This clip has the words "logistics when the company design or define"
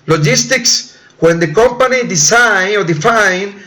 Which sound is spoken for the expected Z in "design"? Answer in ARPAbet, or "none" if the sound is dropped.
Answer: S